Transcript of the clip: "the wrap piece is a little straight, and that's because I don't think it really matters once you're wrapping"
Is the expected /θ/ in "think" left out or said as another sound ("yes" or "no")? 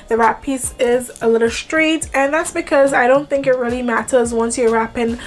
no